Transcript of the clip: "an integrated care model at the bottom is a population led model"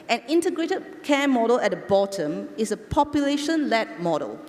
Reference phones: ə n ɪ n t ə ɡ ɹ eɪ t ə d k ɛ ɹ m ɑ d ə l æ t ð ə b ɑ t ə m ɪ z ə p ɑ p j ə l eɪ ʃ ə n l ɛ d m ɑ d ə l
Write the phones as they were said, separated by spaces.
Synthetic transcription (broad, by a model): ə n ɪ n t ə ɡ ɹ eɪ t ə d k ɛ m ɑ d ə l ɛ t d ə b ɑ t ə m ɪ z ə p ɑ p j ə l eɪ ʃ ə n l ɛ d m ɑ d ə l